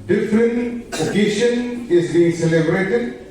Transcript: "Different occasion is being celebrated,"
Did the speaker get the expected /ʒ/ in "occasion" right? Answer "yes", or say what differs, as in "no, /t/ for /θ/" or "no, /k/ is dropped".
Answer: no, /ʃ/ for /ʒ/